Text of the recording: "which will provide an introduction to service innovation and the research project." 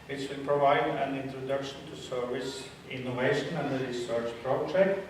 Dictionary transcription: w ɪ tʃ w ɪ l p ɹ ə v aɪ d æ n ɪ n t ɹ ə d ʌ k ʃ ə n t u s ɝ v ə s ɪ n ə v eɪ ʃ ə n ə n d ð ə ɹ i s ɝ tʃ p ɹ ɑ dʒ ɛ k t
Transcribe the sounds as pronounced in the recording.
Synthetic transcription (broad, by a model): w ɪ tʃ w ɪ l p ɹ ə v aɪ d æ n ɪ n t ɹ ə d ʌ k ʃ ə n t u s ɝ v ə s ɪ n ə v eɪ ʃ ə n ə n d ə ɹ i s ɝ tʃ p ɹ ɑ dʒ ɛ k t